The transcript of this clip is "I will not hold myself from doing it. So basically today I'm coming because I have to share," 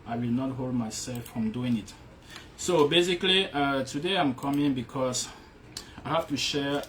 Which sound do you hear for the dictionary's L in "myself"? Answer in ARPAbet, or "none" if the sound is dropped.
L